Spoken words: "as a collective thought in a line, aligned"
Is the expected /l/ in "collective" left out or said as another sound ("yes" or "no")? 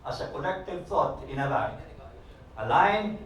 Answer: yes